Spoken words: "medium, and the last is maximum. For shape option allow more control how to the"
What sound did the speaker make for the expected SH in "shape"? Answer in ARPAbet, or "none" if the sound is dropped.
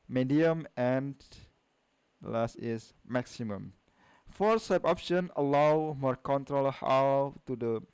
S